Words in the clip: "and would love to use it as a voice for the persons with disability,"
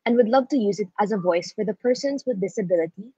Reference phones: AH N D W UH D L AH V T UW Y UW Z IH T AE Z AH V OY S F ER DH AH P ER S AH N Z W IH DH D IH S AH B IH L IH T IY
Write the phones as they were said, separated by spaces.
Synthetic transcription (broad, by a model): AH N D W UH D L AH V T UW Y UW Z IH T AE Z AH V OY S F ER DH AH P ER S AH N Z W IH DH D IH S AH B IH L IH T IY